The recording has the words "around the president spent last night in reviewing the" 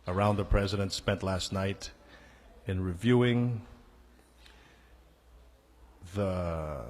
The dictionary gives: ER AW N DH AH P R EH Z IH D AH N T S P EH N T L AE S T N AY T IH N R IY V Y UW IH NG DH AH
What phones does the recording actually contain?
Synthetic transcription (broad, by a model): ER AW N DH AH P R EH Z IH D AH N T S P EH N T L AE S T N AY T IH N R IY V Y UW IH NG DH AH